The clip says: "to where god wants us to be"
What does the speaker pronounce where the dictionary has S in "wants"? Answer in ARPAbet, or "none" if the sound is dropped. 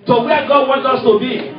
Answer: none